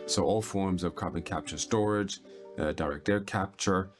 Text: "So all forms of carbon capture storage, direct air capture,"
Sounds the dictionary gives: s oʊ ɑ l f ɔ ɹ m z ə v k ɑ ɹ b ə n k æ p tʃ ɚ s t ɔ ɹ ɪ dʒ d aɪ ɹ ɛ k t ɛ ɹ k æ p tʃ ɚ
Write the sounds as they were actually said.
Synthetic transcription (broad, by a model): s oʊ ɑ l f ɔ ɹ m z ə v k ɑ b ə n k æ p tʃ ɚ s t ɔ ɹ ɪ dʒ d aɪ ɹ ɛ k t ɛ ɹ k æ p tʃ ɚ